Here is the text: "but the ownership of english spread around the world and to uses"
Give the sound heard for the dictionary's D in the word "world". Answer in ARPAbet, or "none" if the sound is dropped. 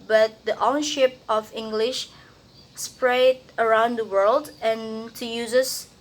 D